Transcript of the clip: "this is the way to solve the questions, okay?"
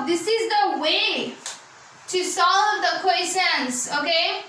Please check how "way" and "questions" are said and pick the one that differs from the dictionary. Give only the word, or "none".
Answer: questions